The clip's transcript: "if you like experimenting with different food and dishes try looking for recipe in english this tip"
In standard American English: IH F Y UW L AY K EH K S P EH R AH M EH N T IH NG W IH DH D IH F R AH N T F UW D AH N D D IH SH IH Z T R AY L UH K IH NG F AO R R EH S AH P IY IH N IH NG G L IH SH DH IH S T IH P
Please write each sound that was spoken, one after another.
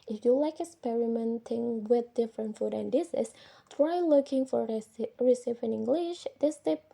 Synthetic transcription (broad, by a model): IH F Y UW L AY K EH K S P EH R AH M EH N T IH NG W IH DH D IH F R AH N T F UW D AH N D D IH S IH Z T R AY L UH K IH NG F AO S R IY S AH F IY IH N IH NG G L IH SH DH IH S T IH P